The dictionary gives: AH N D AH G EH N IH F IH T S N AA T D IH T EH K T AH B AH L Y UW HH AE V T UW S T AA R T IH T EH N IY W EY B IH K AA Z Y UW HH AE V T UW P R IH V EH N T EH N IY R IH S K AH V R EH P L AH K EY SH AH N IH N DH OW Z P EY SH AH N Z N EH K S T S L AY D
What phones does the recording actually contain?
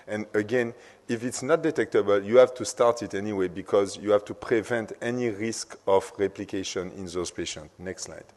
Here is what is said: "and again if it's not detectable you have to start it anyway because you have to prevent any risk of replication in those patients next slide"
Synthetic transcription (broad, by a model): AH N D AH G EH N IH F IH T S N AA T D IH T EH K T AH B AH L Y UW HH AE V T UW S T AA R T IH T EH N IY W EY B IH K AA Z Y UW HH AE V T UW P R IH V EH N T EH N IY R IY S K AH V R EH P L AH K EY SH AH N IH N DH OW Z P EY SH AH N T N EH K S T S L AY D